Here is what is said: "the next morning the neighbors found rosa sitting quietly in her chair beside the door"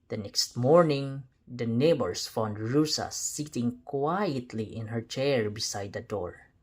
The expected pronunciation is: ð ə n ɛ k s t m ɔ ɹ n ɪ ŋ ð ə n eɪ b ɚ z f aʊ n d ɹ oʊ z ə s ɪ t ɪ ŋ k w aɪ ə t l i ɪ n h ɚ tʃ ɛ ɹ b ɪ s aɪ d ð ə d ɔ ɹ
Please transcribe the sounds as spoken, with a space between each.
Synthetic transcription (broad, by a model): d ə n ɛ k s t m ɔ ɹ n ɪ ŋ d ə n eɪ b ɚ s f aʊ n d ɹ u s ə s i t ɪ ŋ k w aɪ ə t l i ɪ n h ɚ tʃ ɛ ɹ b ɪ s aɪ d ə d ɔ ɹ